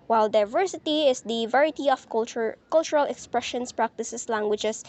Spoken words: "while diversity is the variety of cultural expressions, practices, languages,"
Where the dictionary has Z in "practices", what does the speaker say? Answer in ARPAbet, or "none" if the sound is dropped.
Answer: S